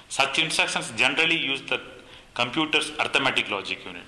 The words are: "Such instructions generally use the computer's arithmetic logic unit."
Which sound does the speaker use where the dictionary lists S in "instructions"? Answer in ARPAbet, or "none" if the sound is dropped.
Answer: none